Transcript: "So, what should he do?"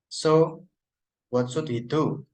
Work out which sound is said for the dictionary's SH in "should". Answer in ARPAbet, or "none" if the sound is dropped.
S